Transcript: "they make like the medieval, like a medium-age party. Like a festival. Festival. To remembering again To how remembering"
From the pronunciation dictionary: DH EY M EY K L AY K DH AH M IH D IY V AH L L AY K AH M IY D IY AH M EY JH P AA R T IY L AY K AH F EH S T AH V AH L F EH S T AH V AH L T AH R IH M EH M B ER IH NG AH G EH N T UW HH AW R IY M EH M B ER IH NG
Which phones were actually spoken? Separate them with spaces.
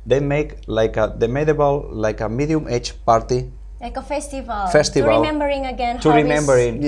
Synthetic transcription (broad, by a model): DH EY M EY K L AY K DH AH M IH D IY B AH L L AY K AH M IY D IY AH M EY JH P AA R T IY L AY K AH F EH S T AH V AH L F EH S T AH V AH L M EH M B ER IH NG AH G EH N T UW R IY M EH M B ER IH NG